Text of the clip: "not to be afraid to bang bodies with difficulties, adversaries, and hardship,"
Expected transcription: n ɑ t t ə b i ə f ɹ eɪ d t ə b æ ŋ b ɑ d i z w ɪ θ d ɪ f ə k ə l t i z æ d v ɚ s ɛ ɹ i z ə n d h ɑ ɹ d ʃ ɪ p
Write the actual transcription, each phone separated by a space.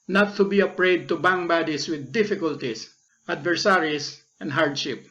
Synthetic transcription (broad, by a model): n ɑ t t ə b i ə p ɹ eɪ d t ə b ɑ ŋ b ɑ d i s w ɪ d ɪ f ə k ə l t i s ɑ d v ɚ s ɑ ɹ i s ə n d h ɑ ɹ d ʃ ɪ p